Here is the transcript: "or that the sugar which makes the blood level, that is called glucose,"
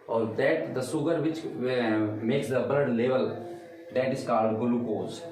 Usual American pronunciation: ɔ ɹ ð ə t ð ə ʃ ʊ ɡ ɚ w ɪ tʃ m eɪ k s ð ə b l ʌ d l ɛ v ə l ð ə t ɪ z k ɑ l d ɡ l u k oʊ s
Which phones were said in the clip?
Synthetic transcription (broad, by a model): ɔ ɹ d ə t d ə s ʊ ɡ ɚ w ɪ tʃ m eɪ k s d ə b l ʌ d l ɛ v ə l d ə t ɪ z k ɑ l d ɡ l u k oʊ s